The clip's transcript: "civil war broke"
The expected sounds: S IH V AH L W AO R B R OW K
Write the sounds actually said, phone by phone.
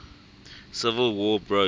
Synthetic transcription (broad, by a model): S IH V AH L W AO B R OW